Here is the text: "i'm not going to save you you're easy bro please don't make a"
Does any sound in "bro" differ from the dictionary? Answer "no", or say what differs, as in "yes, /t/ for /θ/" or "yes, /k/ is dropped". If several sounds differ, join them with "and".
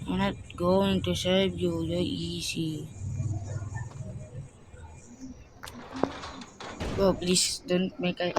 yes, /ɹ/ is dropped